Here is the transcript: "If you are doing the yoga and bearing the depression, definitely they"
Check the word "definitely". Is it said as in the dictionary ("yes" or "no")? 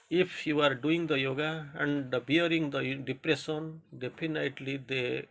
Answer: no